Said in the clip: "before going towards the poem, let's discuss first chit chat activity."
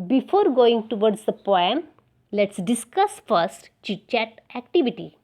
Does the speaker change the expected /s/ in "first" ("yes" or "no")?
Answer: no